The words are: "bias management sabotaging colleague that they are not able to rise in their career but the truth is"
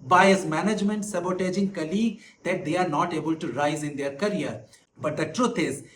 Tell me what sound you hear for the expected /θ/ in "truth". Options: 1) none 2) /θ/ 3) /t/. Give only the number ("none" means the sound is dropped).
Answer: 3